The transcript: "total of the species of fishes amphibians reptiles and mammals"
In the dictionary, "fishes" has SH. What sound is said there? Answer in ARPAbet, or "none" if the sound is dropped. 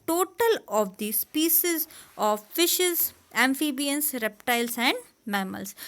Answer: SH